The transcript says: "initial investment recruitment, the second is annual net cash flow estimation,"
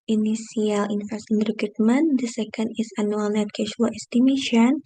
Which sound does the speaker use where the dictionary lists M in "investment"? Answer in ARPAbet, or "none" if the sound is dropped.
none